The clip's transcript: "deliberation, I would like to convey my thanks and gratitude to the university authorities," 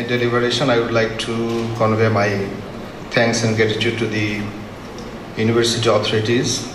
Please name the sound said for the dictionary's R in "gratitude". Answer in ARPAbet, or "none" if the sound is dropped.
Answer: none